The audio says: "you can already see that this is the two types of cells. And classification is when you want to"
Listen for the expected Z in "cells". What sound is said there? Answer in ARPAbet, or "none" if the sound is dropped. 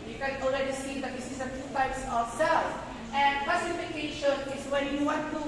none